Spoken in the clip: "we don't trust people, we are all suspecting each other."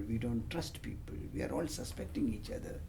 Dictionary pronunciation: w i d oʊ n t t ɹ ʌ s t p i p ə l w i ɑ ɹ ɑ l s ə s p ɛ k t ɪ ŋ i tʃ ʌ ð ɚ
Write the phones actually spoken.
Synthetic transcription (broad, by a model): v i d oʊ n t t ɹ ʌ s t p i p ə l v i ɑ ɹ ɑ l s ə s p ɛ k t ɪ ŋ i tʃ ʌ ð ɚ